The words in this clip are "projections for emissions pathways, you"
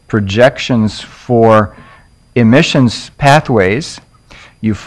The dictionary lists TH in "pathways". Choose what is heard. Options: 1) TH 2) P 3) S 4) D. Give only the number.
1